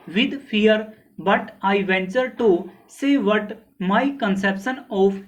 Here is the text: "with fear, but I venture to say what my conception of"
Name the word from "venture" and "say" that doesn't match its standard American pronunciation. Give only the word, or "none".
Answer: none